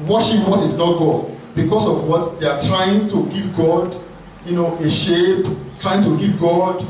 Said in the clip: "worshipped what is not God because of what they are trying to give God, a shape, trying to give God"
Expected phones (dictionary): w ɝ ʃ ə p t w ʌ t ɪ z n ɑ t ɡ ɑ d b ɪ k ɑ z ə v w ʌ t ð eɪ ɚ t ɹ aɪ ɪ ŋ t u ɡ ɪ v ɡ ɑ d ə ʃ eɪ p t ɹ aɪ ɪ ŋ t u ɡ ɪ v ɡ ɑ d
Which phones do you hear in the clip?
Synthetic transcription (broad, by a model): w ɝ ʃ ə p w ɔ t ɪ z n ɑ t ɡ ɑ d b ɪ k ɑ s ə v w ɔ t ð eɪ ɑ t ɹ aɪ ɪ ŋ t u ɡ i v ɡ ɑ d ə ʃ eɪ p t ɹ aɪ ɪ ŋ t u ɡ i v ɡ ɑ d